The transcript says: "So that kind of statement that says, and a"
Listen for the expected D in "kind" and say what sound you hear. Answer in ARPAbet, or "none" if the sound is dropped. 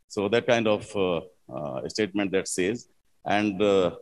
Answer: D